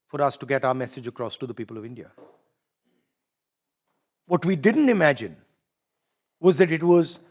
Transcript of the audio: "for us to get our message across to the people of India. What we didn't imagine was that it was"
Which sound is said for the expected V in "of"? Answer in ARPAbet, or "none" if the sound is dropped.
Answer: V